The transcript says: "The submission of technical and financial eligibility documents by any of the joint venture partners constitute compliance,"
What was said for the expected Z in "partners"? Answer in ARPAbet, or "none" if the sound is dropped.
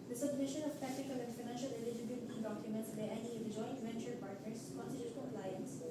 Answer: S